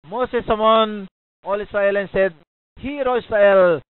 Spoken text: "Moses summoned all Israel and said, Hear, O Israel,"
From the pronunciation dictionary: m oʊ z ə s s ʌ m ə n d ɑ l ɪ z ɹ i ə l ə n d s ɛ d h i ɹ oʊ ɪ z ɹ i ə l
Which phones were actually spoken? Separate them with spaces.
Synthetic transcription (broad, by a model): m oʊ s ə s s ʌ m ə n ɑ l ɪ s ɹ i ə l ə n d s ɛ d h i ɹ oʊ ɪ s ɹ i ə l